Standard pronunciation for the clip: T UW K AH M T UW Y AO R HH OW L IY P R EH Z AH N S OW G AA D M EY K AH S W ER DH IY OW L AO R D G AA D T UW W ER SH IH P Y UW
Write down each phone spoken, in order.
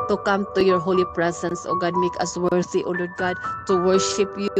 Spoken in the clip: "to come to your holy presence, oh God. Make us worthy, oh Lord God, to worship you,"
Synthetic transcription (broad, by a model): T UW K AH M T UW Y AO R HH OW L IY P R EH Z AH N S OW G AA D M EY K AH S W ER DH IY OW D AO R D G AA D T UW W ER SH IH P Y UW